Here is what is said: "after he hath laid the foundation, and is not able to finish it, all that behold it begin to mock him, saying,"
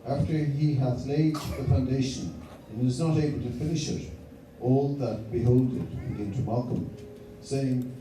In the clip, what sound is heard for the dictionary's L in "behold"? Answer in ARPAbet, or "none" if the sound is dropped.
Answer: L